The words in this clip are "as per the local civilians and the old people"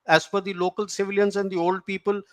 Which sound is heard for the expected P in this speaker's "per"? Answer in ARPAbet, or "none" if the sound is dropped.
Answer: F